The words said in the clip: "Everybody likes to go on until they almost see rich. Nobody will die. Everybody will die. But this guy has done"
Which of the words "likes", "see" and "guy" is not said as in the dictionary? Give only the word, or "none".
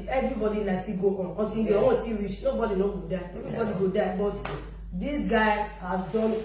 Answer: likes